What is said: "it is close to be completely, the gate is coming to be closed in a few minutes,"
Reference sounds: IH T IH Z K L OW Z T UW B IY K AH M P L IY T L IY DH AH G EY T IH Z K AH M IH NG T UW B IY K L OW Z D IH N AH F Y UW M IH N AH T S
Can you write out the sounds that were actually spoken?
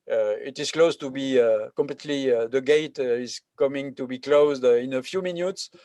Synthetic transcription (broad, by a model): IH T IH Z K L OW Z T UW B IY K AH M P L IY T L IY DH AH G EY T IH Z K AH M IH NG T UW B IY K L OW Z D IH N AH F Y UW M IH N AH T S